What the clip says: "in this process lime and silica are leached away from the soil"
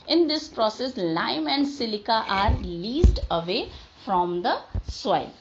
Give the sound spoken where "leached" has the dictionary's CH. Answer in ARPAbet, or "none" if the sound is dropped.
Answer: S